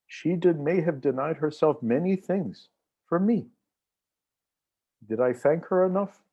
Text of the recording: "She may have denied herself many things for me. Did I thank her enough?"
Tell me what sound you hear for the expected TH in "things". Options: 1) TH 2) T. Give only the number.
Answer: 1